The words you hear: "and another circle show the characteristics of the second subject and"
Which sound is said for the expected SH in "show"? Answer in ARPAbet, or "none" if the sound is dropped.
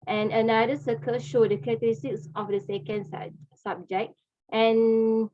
SH